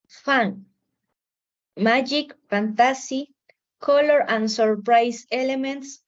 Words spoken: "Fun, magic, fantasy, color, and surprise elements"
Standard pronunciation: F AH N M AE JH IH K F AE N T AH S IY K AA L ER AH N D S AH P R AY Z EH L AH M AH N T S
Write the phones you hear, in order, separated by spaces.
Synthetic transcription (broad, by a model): F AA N M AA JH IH K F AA N T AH S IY K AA L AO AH N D S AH P R AY S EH L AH M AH N T S